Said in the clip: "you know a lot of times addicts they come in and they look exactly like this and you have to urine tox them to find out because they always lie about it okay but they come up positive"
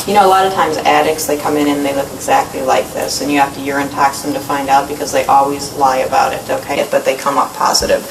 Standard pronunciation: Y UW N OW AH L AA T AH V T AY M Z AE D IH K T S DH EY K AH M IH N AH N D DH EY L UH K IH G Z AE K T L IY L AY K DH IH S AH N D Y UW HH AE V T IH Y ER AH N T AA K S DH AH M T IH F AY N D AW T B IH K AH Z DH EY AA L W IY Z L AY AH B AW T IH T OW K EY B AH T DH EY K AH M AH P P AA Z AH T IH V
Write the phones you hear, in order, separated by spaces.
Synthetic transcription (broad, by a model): Y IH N OW AH L AA T AH V T AY M Z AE D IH K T S DH EY K AH M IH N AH N DH EY L UH K IH G Z AE K T L IY L AY K DH IH S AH N Y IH HH AE F T IH Y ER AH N T AA K S DH AH M T IH F AY N D AW T B IH K AH Z DH EY AA L W IY Z L AY AH B AW T IH T OW K EY B AH T DH EY K AH M AH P P AA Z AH T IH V